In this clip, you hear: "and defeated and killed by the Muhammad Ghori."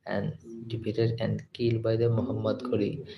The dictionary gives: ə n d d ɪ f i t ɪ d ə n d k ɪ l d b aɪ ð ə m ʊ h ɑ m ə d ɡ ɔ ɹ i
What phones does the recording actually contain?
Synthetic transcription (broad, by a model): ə n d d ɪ p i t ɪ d ə n d k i l b aɪ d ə m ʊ h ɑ m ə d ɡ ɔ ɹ i